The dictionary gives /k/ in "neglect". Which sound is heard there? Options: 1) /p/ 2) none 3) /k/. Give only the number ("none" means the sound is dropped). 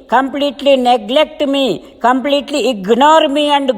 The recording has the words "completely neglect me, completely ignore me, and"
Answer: 3